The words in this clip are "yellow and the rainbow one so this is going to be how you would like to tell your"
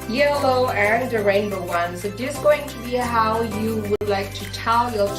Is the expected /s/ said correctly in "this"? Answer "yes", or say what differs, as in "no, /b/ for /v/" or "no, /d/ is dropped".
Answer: no, /s/ is dropped